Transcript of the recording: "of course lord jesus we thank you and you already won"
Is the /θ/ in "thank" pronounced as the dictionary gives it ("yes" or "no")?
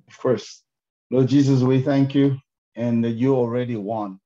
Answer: yes